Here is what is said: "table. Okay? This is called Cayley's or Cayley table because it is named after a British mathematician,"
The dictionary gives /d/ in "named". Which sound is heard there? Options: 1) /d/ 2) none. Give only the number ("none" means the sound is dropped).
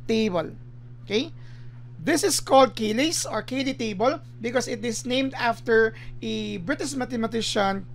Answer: 1